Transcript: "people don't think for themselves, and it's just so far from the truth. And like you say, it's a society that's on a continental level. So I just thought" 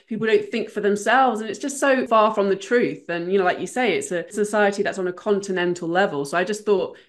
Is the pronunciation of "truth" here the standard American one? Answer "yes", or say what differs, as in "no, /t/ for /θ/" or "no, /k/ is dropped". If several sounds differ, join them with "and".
yes